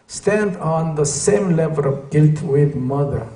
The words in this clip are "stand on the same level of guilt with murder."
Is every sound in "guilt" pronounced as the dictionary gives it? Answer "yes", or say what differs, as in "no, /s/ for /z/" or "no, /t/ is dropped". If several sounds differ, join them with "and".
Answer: yes